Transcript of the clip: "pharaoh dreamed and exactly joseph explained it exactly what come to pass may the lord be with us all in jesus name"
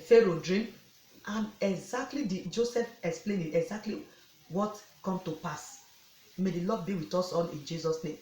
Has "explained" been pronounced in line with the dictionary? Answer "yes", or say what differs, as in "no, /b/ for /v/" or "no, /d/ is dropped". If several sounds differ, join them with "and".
no, /d/ is dropped